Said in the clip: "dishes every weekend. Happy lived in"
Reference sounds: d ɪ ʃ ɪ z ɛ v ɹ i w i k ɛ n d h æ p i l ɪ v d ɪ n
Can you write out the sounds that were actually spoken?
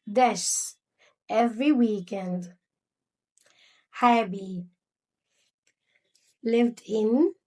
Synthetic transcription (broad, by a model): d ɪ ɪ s ɛ v ɹ i w i k ɛ n d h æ b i l ɪ v d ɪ n